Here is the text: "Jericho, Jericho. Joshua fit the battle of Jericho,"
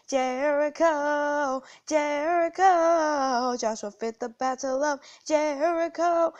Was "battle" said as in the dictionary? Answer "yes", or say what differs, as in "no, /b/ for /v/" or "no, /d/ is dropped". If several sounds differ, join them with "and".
yes